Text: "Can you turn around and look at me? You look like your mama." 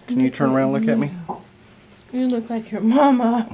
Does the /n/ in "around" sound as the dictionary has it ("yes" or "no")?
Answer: no